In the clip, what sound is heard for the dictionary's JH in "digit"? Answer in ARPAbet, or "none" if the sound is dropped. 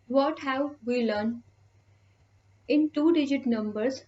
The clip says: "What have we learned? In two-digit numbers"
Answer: JH